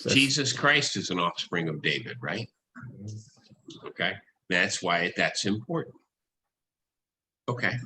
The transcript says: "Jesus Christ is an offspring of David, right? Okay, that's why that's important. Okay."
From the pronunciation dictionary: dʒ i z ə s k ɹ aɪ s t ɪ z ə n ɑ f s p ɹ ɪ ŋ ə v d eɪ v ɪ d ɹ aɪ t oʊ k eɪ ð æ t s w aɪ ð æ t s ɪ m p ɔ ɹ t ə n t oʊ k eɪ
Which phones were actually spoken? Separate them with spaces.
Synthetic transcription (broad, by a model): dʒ i z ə s k ɹ aɪ s t ɪ z ə n ɑ f s p ɹ ɪ ŋ ə v d eɪ v ɪ d ɹ aɪ t oʊ k eɪ ð æ t s w aɪ ð æ t s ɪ m p ɔ ɹ t n t oʊ k eɪ